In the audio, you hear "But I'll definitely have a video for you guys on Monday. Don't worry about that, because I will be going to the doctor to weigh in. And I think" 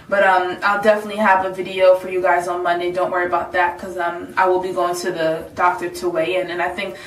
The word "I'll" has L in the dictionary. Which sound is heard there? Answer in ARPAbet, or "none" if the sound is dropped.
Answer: L